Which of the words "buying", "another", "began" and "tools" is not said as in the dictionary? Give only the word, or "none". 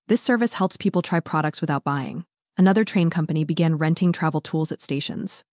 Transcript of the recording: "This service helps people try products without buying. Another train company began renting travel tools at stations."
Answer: none